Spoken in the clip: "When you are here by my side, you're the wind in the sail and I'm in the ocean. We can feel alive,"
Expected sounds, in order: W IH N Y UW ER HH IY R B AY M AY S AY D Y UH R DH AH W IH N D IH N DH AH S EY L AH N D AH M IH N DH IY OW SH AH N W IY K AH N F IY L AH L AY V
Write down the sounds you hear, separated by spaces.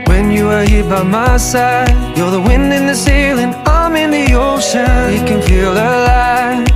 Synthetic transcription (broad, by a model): W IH N Y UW ER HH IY B AY M AY S AY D Y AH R DH AH W IH N D IH N DH AH S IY L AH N AH M IH N DH IY OW SH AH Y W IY K AH N F IY L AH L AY